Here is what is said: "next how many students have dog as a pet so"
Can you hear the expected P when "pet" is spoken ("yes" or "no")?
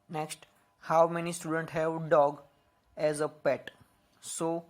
yes